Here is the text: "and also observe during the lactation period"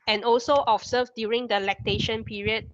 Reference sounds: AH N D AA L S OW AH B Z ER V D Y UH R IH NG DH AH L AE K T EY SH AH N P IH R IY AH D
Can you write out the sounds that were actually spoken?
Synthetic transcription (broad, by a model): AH N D AA L S OW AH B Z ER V D Y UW R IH NG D AH L AE K T EY SH AH N P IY R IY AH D